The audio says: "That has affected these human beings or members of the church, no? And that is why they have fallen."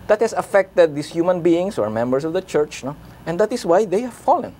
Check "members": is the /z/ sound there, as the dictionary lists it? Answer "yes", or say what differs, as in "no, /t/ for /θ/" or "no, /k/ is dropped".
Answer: no, /s/ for /z/